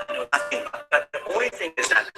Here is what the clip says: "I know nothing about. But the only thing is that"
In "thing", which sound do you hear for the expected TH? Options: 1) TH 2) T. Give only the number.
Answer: 1